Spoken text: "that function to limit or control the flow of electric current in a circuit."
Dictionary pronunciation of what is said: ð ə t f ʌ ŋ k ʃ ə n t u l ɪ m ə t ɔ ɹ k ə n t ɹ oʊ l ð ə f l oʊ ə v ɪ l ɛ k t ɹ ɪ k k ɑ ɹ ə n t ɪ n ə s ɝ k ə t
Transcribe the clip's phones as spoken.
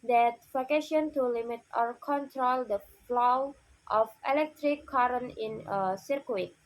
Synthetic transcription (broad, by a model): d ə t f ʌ k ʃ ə n t u l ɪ m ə t ɔ ɹ k ə n t ɹ oʊ l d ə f l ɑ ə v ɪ l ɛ k t ɹ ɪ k k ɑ ɹ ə n ɪ n ə s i k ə t